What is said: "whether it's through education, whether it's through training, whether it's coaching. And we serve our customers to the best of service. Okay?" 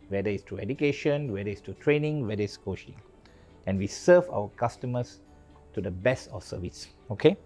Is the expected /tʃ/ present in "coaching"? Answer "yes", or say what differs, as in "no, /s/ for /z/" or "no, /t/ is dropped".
no, /ʃ/ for /tʃ/